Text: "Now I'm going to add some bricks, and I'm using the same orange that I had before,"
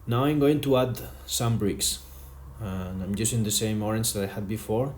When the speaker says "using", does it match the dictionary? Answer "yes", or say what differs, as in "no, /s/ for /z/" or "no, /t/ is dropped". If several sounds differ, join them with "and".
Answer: no, /s/ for /z/